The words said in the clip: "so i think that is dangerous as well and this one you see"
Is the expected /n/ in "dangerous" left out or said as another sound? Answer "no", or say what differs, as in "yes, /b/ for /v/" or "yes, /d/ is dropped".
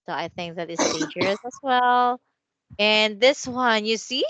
yes, /n/ is dropped